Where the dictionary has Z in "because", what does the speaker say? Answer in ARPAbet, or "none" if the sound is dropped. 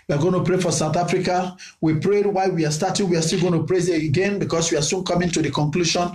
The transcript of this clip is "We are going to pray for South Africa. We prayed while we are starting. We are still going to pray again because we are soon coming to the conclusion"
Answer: S